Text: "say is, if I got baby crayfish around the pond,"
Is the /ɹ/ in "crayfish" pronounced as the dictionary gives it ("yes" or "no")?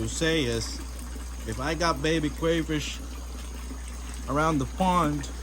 no